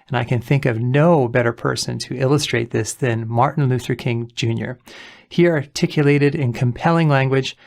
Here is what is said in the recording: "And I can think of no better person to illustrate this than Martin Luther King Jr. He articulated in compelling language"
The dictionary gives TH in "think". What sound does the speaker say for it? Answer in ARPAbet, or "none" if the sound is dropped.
TH